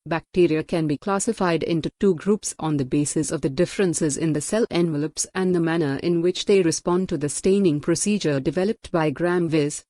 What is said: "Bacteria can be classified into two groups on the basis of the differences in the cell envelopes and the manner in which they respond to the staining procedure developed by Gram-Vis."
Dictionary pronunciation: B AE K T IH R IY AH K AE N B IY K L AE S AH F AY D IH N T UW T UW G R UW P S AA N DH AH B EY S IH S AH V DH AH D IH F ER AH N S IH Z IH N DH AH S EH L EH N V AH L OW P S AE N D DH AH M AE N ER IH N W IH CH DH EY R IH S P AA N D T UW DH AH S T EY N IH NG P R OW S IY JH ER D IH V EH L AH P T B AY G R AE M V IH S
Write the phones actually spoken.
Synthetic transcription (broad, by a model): B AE K T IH R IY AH K AE N B IY K L AE S AH F AY D IH N T UW T UW G R UW P S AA N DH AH B EY S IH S AH V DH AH D IH F ER AH N S IH Z IH N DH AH S EH L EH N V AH L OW P S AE N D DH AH M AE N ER IH N W IH CH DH EY R IH S P AA N D T UW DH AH S T EY N IH NG P R OW S IY JH ER D IH V EH L AH P T B AY G R AE M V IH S